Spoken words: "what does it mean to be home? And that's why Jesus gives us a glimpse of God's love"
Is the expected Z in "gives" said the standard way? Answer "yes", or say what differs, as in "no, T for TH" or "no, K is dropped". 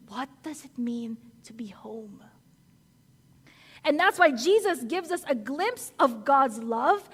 yes